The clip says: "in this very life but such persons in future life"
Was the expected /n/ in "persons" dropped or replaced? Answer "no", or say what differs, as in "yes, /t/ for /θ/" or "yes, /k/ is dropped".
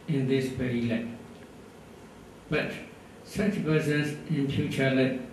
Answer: yes, /n/ is dropped